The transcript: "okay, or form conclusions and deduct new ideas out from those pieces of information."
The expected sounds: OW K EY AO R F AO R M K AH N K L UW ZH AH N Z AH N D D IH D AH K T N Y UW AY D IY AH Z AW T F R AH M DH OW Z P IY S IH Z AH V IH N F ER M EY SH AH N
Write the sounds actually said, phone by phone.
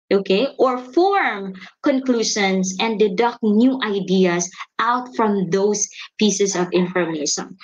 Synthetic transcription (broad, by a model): OW K EY AO R F AO R M K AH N K L UW SH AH N S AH N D D IH D AH K T N Y UW AY D IY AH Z AW T F R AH M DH OW S P IY S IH S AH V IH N F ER M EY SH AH N